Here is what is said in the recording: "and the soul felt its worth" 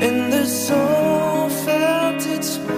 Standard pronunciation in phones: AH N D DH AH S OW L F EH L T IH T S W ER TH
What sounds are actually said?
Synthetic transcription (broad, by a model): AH N DH AH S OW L F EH N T IH T S